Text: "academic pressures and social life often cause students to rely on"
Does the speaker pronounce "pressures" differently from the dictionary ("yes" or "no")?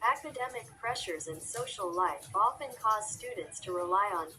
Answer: no